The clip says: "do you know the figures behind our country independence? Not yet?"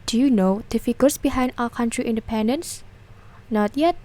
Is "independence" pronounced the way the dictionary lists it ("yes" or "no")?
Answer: yes